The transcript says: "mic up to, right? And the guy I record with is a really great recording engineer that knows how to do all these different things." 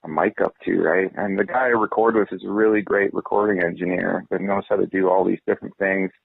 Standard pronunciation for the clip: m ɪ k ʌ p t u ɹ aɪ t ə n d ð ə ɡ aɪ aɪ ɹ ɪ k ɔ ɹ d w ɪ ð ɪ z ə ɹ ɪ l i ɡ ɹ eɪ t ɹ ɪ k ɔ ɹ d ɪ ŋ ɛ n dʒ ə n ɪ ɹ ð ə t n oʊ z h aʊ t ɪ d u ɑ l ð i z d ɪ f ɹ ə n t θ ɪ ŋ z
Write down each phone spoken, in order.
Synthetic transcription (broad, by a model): m ɪ k ʌ p t u ɹ aɪ t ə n ð ə ɡ aɪ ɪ ɹ ɪ k ɔ ɹ d w ɪ ð ɪ z ə ɹ ɪ l i ɡ ɹ eɪ t ɹ ɪ k ɔ ɹ d ɪ ŋ ɛ n dʒ ə n ɪ ɹ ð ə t n oʊ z h aʊ t ɪ d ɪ ɑ l ð i z d ɪ f ɹ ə n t θ ɪ ŋ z